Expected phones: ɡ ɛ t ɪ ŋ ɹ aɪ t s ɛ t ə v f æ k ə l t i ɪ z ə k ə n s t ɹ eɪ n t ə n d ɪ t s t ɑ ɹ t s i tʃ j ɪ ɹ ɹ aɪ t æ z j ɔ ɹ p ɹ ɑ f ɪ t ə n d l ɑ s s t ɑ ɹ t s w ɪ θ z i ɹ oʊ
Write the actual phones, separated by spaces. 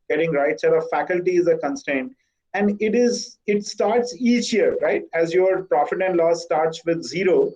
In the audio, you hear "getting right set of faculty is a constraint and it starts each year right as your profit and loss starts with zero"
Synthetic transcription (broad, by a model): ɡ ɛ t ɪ ŋ ɹ aɪ t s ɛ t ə f æ k ə l t i ɪ z ə k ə n s t eɪ n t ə n d ɪ t s t ɑ ɹ t s i tʃ j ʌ ɹ ɹ aɪ t æ z j ɔ ɹ p ɹ ɑ f ɪ t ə n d l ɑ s s t ɑ ɹ t s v ɪ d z i ɹ oʊ